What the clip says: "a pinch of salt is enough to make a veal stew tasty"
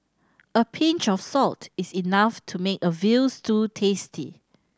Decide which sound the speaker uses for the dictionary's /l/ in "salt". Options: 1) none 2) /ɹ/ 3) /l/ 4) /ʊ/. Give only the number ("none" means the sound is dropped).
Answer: 3